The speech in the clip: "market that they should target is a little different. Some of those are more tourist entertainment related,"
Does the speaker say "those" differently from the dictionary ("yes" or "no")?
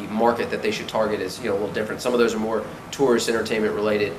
no